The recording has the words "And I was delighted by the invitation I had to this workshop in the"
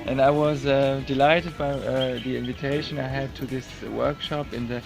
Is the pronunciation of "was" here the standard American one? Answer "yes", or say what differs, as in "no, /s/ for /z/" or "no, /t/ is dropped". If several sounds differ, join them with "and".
yes